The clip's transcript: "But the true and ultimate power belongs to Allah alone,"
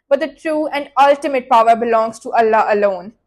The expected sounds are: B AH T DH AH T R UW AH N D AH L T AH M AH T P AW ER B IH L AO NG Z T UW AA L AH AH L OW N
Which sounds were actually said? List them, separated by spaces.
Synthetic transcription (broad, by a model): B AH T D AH T R UW AH N D AH L T AH M AH T P AW ER B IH L AO NG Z T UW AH L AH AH L OW N